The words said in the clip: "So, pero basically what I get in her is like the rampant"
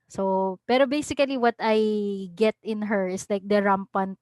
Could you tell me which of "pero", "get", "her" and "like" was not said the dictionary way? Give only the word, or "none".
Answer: none